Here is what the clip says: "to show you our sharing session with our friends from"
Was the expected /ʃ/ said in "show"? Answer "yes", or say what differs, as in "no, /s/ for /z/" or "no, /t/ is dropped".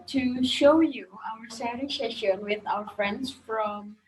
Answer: yes